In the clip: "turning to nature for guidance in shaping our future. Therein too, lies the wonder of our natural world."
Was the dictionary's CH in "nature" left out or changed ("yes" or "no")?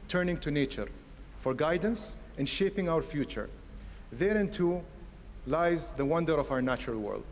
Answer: no